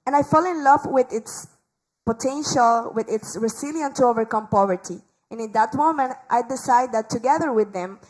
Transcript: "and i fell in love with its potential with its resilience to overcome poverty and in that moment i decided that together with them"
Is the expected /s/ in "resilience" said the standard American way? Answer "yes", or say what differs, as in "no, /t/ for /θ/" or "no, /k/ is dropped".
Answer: no, /s/ is dropped